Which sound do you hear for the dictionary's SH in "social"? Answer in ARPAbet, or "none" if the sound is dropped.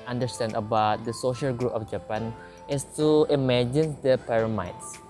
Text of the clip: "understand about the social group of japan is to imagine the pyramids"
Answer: SH